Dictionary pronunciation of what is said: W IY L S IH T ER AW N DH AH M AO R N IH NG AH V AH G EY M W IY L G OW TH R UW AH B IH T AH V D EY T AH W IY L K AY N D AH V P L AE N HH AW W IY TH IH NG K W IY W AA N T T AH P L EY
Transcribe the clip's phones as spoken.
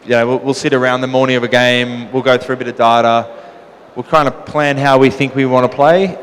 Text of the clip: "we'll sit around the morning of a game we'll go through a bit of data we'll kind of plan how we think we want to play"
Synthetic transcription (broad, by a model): W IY L S IH T ER AW N DH AH M AO R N IH NG AH V AH G EY M W IY L G OW TH R UW AH B IH T AH V D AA T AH W IY L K AY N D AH P L AE N HH AW W IY TH IH NG K W IY W AA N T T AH P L EY